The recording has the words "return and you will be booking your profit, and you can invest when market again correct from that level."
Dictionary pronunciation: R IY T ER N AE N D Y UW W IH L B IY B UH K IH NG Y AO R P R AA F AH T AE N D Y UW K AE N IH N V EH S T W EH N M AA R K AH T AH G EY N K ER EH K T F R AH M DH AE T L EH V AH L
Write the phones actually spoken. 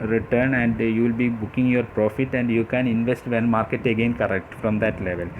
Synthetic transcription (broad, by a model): R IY T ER N AE N D Y UW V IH L B IY B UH K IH NG Y AO R P R AA F AH T AE N D Y UW K AE N IH N V EH S T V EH N M AA R K AH T AH G EY N K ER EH K T F R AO M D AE T L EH V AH L